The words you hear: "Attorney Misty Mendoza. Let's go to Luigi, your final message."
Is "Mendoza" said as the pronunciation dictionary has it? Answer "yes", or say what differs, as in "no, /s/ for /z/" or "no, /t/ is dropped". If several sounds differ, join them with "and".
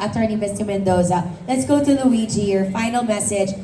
yes